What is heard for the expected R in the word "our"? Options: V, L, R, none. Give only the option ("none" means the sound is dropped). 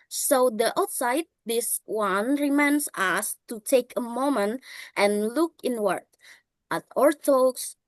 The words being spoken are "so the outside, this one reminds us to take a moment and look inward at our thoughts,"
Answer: R